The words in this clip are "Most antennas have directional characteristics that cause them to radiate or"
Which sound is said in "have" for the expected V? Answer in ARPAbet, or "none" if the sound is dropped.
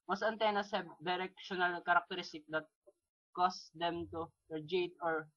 B